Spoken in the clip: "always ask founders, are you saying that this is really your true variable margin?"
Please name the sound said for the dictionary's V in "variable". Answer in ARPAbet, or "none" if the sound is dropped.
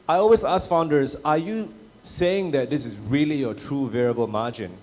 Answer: V